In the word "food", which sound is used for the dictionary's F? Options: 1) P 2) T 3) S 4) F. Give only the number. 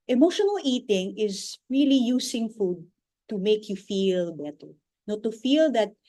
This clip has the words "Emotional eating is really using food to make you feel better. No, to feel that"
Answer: 4